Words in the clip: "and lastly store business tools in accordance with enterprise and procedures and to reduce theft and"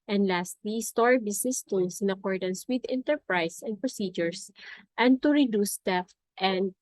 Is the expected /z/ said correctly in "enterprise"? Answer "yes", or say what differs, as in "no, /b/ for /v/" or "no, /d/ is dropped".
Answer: no, /s/ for /z/